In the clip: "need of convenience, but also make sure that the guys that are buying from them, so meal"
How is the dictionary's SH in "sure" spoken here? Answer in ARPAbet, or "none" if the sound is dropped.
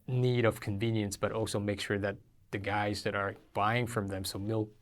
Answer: SH